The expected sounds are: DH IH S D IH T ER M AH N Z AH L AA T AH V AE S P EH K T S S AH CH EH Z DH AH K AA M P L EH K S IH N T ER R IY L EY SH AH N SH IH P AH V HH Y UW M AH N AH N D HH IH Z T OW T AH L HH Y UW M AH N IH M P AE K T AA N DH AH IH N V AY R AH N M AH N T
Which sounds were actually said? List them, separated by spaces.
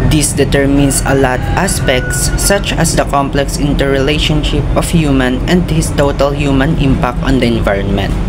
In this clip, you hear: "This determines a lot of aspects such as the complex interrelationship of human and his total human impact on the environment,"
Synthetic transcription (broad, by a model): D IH S D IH T ER M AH N S AH L AA T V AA S P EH K T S S AH CH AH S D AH K AA M P L EH K S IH N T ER R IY L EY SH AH N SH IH P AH F HH Y UW M AH N AH N D HH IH S T OW T AH L HH Y UW M AH N IH M P AE K T AA N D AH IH N V AY R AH N M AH N T